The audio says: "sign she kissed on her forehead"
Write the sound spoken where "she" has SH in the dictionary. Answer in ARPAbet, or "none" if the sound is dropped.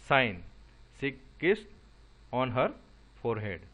S